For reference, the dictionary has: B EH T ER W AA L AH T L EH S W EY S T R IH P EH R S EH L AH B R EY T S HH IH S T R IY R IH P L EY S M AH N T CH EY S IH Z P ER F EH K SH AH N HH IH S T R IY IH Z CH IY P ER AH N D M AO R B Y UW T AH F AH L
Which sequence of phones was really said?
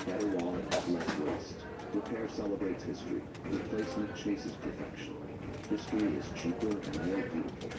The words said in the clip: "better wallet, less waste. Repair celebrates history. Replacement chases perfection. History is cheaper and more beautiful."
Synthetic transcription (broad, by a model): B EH T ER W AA N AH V L EH S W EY S T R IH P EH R S EH L AH B R EY T S HH IH S T R IY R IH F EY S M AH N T CH EY S IH Z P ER F EH K SH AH N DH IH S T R IY IH Z CH IY P ER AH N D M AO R B Y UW T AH F L